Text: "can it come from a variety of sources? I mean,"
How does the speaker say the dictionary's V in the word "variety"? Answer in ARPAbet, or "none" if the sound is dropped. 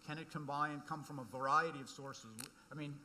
V